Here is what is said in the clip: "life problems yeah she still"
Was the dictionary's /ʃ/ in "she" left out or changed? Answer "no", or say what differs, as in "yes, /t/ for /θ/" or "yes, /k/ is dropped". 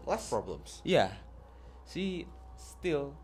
yes, /s/ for /ʃ/